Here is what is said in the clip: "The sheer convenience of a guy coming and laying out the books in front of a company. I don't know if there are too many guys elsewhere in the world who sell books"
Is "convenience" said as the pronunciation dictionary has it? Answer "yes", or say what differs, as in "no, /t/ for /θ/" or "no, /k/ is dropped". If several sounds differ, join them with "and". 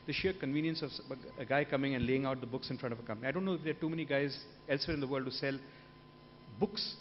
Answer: yes